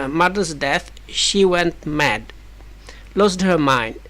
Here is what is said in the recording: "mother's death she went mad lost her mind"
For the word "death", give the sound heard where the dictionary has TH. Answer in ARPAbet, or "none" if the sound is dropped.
TH